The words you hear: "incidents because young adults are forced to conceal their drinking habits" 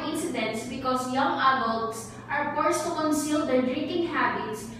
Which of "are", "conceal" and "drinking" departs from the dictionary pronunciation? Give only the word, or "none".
none